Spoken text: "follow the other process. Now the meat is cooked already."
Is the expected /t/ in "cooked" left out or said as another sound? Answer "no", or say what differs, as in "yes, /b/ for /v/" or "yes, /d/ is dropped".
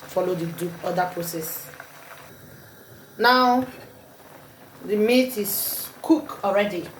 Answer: yes, /t/ is dropped